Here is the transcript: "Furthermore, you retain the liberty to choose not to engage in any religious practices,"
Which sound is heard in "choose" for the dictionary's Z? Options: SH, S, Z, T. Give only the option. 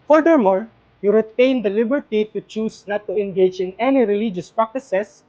S